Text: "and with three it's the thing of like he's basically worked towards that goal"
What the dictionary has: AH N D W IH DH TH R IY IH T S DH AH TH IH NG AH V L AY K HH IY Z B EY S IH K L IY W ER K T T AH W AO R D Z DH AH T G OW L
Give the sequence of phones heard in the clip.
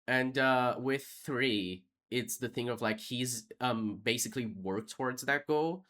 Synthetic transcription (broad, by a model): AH N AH W IH DH TH R IY IH T S DH AH TH IH NG AH V L AY K HH IY Z B EY S IH K L IY W ER K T T AH W AO R D Z DH AH T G OW L